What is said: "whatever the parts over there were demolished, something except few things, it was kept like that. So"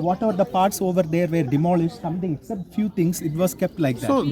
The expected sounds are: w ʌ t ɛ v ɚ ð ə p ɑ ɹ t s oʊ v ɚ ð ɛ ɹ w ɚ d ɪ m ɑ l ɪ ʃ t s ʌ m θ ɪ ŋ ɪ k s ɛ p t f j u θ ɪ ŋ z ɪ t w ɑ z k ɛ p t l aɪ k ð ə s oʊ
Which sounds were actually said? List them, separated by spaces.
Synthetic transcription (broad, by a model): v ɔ t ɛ v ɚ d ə p ɑ ɹ t s oʊ v ɚ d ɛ ɹ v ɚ d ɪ m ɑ l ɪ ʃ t s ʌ m t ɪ ŋ ɪ k s ɛ p t f j u t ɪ ŋ s ɪ t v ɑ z k ɛ p t l aɪ k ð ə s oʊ